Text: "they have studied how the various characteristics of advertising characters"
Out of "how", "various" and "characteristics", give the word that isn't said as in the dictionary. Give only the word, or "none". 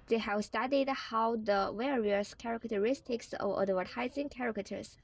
various